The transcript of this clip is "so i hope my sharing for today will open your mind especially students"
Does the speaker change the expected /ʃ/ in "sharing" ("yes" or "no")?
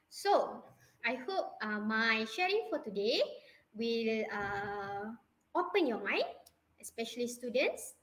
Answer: no